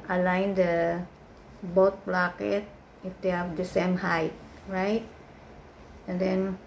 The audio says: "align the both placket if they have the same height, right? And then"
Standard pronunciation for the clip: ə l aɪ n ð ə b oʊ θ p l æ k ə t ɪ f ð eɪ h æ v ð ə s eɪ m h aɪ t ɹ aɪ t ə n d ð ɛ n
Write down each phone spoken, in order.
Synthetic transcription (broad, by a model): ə l aɪ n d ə b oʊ t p l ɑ k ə t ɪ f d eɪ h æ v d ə s eɪ m h aɪ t ɹ aɪ t ə n d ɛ n